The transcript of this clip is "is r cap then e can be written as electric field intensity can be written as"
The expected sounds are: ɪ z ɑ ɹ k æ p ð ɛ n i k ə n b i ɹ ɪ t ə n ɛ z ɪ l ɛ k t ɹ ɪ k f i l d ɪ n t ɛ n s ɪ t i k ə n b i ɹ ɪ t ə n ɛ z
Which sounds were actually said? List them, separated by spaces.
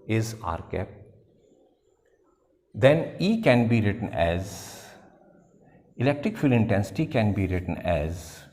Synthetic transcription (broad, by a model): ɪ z ɑ ɹ k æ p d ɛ n i k ə n b i ɹ ɪ t ə n ɛ z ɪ l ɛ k t ɹ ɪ k f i l ɪ n t ɛ n s ɪ t i k ə n b i ɹ ɪ t ə n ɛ z